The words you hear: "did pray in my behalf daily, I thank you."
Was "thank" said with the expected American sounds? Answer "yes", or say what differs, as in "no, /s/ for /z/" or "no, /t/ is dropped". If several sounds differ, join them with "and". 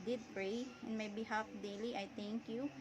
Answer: no, /t/ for /θ/